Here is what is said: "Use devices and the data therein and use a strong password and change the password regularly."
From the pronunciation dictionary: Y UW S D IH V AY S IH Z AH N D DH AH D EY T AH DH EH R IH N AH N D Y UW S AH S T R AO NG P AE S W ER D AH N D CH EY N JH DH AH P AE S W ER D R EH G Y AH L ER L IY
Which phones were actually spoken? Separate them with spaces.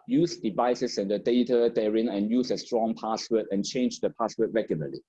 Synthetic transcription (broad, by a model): Y UW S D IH V AY S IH S AH N D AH D EY T AH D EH R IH N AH N Y UW S AH S T R AO NG P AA S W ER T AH N CH EY N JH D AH P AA S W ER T R EH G Y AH L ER L IY